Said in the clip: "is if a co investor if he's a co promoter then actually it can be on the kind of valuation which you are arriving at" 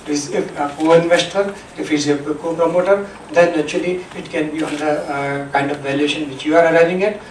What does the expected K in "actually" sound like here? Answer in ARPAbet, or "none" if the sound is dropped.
none